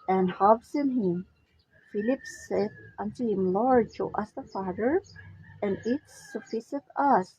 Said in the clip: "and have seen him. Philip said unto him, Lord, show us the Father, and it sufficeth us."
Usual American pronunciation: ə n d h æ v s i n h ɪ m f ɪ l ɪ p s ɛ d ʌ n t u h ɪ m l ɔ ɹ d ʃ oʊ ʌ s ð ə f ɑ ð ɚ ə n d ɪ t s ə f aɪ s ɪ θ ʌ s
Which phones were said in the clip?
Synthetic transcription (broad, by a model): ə n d h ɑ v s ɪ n h ɪ m f ɪ l ɪ p s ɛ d ʌ n t u h ɪ m l ɔ ɹ d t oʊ ʌ s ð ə f ɑ ð ɚ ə n ɪ t s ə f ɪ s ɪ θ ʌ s